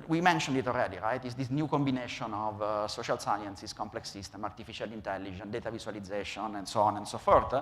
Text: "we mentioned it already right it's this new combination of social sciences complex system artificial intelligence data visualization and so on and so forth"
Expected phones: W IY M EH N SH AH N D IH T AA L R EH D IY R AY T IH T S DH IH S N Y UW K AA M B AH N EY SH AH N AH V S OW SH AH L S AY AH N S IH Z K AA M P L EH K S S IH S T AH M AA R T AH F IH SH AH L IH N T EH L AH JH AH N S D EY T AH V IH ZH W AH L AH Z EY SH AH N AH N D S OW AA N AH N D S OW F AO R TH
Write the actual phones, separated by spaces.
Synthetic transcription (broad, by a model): W IY M EH N SH AH N D IH T AA L R EH D IY R AY T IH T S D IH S N Y UW K AA M B AH N EY SH AH N AH V S OW SH AH L S AY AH N S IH S K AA M P L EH K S S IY S T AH M AA R T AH F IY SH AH L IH N T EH L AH JH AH N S D EY T AH V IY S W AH L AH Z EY SH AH N AH N D S OW AA N AH N D S OW F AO R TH